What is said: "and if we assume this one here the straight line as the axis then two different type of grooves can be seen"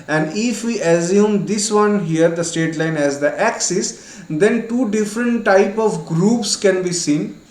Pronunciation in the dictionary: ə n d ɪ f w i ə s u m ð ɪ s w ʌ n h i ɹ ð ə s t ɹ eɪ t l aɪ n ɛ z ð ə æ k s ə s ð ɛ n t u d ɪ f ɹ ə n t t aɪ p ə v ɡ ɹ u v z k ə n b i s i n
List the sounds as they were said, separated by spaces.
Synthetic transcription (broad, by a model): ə n d ɪ f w i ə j u m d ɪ s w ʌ n h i ɹ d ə s t eɪ t l aɪ n ɛ z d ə æ k s ə s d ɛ n t u d ɪ f ɹ ə n t t aɪ p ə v ɡ ɹ u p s k ə n b i s i n